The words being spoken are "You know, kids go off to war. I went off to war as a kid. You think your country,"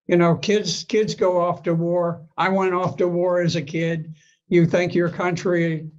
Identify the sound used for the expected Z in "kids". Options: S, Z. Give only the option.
Z